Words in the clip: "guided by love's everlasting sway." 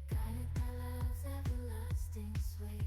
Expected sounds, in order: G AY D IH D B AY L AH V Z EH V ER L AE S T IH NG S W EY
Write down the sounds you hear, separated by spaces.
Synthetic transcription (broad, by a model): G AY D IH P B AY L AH Z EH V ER L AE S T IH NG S W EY